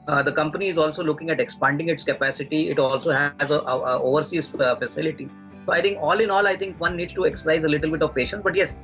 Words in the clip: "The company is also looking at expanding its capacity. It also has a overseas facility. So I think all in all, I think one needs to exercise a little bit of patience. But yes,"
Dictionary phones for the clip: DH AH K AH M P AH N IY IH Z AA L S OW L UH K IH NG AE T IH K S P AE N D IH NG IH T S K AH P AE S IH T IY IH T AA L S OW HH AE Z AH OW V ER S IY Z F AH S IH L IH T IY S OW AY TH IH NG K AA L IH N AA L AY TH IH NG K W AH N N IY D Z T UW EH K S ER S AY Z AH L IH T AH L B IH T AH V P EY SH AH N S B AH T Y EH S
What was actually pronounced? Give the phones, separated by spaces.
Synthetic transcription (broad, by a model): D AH K AH M P AH N IY IH Z AA L S OW L UH K IH NG AE T IH K S P AE N D IH NG IH T S K AH P AE S IH T IY IH T AA L S OW HH AE Z AH OW V ER S IY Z F AH S IH L IH T IY S OW AY T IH NG K AA L IH N AA L AY T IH NG K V AH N N IY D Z T UW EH K S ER S AY Z AH L IH T AH L B IH T AH V P EY SH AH N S B AH T Y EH S